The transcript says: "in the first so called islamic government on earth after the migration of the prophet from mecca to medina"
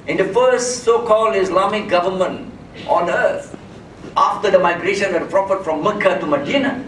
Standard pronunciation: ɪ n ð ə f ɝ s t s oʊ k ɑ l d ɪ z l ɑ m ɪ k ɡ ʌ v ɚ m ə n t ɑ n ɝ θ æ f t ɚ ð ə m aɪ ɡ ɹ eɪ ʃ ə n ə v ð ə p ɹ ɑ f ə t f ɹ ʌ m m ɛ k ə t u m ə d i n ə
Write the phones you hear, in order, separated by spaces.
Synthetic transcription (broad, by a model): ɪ n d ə f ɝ s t s oʊ k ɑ l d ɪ s l ɑ m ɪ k ɡ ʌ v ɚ m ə n t ɑ n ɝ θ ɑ f t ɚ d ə m aɪ ɡ ɹ eɪ ʃ ə n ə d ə p ɹ ɑ f ə t f ɹ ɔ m m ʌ k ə t u m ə d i n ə